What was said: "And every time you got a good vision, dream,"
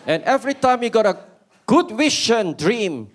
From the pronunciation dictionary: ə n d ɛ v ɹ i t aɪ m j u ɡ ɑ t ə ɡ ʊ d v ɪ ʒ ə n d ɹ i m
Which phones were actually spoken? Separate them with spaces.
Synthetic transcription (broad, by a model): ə n ɛ v ɹ i t aɪ m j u ɡ ɑ t ə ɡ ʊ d w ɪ ʃ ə n d ɹ i m